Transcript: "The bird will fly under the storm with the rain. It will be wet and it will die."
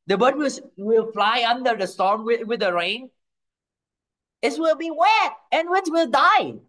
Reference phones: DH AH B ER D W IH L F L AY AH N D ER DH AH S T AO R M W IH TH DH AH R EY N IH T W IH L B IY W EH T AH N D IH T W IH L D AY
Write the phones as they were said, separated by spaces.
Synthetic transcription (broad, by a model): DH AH B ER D W IH L F L AY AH N D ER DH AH S T AO R M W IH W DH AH R EY N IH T W IH L B IY W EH AH N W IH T W IH L D AY